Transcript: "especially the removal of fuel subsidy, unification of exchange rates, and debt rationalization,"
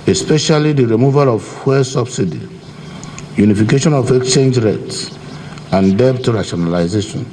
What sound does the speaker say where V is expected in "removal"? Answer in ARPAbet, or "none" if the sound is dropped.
V